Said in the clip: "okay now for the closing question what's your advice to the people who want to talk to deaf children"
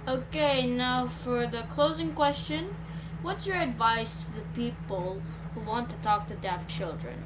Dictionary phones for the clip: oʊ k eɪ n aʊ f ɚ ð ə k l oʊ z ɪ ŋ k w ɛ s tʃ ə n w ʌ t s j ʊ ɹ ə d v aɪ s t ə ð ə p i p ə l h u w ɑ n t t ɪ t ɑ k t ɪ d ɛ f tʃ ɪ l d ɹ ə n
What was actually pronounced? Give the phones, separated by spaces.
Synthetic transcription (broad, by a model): oʊ k eɪ n aʊ f ɚ ð ə k l oʊ z ɪ ŋ k w ɛ s tʃ ə n w ʌ t s j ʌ ɹ ə d v aɪ s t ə ð ə p i p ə l h u w ɑ n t t ɪ t ɑ k t ɪ d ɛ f tʃ ɪ l d ɹ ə n